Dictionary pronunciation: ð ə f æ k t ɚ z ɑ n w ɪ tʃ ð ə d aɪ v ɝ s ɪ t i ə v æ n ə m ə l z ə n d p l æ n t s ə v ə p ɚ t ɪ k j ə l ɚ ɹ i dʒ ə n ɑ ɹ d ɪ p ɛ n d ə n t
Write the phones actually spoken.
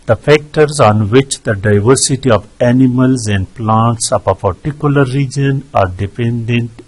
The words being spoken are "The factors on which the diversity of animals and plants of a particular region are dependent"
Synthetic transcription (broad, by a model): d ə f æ k t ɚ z ɑ n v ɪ tʃ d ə d aɪ v ɝ s ɪ t i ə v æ n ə m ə l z ə n d p l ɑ n t s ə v ə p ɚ t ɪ k j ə l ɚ ɹ i dʒ ə n ɑ ɹ d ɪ p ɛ n d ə n t